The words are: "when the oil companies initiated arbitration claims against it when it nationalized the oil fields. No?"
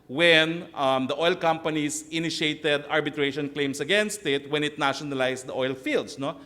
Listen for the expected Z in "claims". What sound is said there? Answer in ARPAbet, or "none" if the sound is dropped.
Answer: S